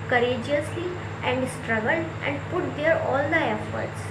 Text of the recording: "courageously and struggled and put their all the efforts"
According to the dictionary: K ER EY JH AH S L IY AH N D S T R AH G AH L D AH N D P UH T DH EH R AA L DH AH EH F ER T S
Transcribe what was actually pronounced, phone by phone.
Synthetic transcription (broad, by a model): K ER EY JH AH S L IY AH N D S T R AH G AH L AH N D P UH T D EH R AA L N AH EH F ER T S